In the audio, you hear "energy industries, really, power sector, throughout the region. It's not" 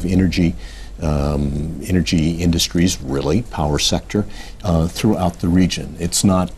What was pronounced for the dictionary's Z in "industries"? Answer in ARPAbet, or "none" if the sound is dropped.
Z